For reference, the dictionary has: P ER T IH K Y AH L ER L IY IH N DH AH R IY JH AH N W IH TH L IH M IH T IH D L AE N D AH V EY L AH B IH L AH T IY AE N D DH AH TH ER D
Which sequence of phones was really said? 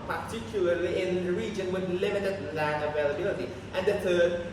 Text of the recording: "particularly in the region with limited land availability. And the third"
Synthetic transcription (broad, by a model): P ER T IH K Y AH L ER L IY IH N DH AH R IY JH AH N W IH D L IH M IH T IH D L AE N AH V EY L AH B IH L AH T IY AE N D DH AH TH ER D